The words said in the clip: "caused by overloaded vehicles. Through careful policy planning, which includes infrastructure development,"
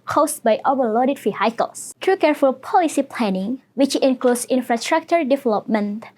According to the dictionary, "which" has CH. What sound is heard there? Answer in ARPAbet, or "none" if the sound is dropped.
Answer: CH